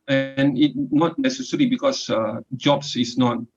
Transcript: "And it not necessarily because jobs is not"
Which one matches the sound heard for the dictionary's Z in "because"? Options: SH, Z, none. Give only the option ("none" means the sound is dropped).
none